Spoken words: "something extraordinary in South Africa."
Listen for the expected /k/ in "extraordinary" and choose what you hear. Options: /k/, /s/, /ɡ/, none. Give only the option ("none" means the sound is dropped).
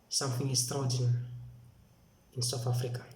none